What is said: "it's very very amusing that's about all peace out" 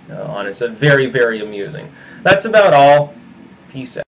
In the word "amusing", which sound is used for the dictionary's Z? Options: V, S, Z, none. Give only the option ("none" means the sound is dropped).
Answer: Z